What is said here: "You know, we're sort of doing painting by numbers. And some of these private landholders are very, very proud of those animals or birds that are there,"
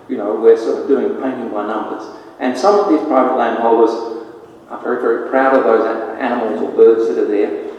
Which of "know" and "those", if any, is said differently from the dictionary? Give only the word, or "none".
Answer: none